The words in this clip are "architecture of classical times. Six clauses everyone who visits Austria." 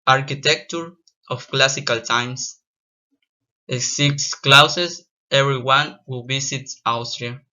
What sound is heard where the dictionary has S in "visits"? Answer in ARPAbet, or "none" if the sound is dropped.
none